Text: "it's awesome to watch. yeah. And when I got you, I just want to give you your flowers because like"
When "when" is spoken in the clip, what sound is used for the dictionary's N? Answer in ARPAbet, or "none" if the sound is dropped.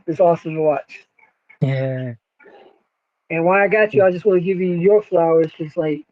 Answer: none